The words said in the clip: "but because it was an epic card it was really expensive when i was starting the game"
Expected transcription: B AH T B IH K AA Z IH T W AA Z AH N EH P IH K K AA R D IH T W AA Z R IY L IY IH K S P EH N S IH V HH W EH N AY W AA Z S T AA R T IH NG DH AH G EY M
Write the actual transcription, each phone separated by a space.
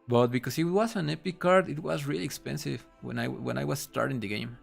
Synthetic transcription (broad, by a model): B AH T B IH K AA S IH T W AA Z AH N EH P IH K K AA R D IH T W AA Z R IY L IY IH K S P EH N S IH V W W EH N AY W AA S S T AA R T IH NG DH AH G EY M